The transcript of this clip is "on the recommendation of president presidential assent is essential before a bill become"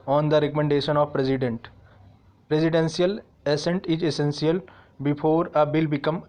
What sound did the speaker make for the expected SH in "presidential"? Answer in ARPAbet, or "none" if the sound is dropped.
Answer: S